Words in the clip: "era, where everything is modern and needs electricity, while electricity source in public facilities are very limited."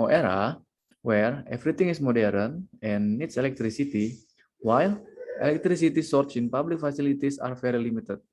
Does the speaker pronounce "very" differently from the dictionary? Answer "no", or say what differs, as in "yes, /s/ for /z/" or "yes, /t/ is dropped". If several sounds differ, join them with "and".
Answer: yes, /f/ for /v/